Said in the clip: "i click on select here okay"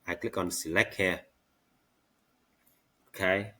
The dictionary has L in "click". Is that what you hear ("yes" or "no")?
yes